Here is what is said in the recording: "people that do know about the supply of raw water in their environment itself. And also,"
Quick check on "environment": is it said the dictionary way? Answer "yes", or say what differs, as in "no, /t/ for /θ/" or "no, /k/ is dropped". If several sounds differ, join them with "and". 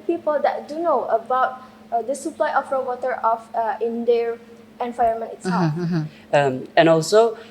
no, /ɹ/ is dropped